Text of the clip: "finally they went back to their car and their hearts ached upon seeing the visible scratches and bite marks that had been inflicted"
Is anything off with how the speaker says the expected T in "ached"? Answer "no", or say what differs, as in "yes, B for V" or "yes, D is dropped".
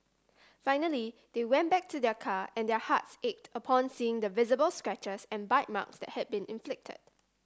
no